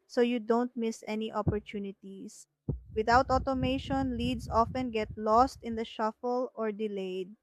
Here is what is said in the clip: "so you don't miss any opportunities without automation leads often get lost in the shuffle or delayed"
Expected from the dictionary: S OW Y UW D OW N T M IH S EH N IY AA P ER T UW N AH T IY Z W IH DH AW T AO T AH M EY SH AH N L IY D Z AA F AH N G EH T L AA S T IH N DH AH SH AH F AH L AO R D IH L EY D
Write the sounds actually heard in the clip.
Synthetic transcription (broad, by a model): S OW Y UW D OW N T M IH S EH N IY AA P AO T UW N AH T IY S W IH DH AW T AO T AH M EY SH AH N L IY D S AA F AH N G EH T L AA S T IH N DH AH SH AH F AH L AO R D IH L EY D